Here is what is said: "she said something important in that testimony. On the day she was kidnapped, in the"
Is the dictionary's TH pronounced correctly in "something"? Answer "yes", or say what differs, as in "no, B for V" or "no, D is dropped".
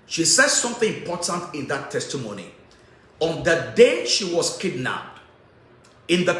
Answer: yes